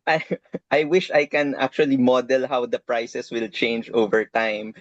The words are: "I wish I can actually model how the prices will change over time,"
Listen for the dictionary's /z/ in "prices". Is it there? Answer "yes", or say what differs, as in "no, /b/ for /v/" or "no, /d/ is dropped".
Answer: no, /s/ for /z/